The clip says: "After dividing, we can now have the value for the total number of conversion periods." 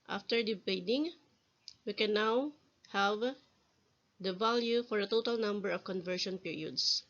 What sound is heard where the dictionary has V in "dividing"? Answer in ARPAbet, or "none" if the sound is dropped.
B